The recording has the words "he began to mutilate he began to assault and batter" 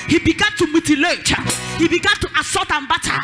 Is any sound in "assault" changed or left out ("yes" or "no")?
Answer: yes